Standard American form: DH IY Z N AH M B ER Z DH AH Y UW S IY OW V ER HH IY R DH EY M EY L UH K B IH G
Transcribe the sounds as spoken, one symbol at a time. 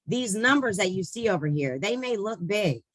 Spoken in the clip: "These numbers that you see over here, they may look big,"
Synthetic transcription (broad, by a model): DH IY Z N AH M B ER Z DH AH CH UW S IY OW V ER HH IY R DH EY M EY L UH K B IH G